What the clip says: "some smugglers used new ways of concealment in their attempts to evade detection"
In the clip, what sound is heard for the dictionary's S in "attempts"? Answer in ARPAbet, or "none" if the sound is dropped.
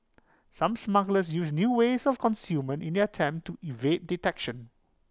none